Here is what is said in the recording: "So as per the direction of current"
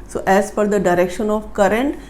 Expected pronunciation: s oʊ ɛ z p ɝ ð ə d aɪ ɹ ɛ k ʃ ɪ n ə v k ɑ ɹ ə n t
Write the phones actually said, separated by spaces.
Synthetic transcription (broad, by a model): s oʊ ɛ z f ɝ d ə d aɪ ɹ ɛ k ʃ ɪ n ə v k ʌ ɹ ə n t